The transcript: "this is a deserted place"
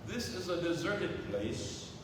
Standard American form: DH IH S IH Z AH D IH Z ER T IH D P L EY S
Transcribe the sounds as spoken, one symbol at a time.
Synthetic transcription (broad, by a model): DH IH S IH Z AH D IH Z ER T IH D P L EY S